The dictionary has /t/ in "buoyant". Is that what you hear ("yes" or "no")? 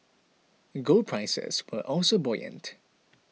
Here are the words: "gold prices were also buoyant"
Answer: yes